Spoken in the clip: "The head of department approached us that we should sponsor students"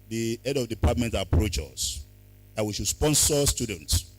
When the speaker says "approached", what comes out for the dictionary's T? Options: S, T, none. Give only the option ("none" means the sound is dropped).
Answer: none